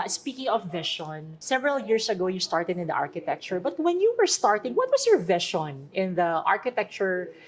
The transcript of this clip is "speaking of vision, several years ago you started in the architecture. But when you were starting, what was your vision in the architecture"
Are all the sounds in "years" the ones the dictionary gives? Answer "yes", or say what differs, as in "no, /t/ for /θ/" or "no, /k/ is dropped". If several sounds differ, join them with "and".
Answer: no, /s/ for /z/